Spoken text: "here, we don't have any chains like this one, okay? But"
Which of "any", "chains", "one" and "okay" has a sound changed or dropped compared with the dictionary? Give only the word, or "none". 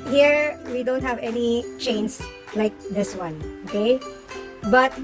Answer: chains